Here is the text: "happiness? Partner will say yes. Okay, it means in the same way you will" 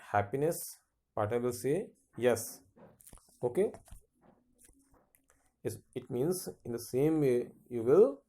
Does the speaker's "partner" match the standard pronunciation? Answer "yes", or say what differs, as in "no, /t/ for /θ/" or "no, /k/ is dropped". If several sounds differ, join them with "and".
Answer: no, /n/ is dropped